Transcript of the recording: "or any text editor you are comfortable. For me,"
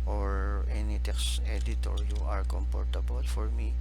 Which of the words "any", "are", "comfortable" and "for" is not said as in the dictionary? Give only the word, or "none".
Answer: comfortable